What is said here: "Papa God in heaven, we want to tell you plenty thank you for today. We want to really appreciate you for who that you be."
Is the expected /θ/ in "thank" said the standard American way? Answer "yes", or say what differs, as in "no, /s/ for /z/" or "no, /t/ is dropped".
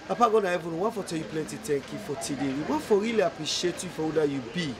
no, /t/ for /θ/